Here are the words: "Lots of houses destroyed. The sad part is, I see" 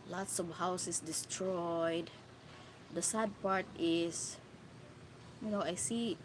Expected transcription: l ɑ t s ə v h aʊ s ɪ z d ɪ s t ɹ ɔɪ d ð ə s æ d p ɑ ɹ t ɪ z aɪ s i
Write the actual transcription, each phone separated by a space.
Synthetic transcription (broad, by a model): l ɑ t s ə v h aʊ s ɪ s d ɪ s t ɹ ɔɪ d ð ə s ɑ d p ɑ ɹ t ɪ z aɪ s i